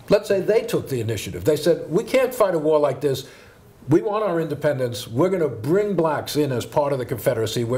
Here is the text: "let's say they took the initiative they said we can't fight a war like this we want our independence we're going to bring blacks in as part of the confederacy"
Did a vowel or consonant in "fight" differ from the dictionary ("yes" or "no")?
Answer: no